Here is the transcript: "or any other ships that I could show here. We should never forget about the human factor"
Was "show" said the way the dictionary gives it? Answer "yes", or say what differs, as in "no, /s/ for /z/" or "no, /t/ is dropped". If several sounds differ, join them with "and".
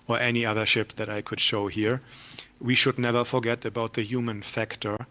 yes